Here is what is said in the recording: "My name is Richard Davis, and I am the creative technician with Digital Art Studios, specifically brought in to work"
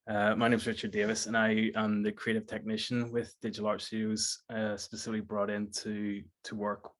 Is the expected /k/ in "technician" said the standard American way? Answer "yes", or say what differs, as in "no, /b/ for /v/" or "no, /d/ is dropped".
yes